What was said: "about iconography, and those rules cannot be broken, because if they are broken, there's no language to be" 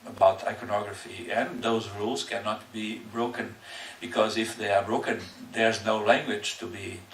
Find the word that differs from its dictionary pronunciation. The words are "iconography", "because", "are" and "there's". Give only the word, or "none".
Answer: none